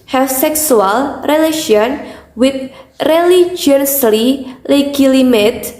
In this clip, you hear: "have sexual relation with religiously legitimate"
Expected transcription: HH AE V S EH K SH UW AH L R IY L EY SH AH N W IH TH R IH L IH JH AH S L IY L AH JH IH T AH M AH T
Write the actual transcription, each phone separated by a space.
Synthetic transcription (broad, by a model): HH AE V S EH K S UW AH L R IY L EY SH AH N W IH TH R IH L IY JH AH S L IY L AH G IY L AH M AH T